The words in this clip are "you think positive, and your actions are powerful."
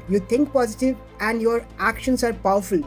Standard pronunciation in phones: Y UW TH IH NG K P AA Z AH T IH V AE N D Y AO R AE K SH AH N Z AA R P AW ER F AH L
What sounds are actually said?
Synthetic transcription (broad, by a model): Y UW T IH NG K P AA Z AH T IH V AE N D Y AO R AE K SH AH N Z AA R P AW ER F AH L